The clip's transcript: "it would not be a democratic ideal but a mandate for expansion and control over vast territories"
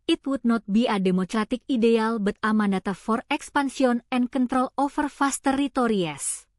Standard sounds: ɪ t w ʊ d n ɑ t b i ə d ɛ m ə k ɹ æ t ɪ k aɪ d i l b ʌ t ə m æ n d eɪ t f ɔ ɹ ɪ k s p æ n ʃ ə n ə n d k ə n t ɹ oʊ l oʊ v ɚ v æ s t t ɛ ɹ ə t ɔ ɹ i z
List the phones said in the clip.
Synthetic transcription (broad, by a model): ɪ t w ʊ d n ɑ t b i ə d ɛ m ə k ɹ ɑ t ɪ k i d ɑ l b ʌ t ə m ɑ n d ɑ t f ɔ ɹ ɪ k s p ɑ n s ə n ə n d k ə n t ɹ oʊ l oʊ f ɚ f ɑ s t t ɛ ɹ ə t ɔ ɹ i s